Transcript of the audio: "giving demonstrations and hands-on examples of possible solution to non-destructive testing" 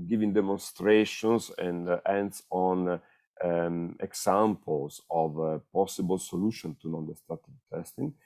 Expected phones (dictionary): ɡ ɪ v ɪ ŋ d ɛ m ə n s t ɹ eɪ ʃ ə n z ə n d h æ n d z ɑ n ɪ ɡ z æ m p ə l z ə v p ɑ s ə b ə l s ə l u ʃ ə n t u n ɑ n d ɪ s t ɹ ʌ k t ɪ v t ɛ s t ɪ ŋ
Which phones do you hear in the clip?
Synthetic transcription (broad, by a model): ɡ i v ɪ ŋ d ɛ m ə n s t ɹ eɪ ʃ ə n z ə n d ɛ n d s ɑ n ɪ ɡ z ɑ m p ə l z ə v p ɑ s ə b ə l s ə l u ʃ ə n t u n ɑ n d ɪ s t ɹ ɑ t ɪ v t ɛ s t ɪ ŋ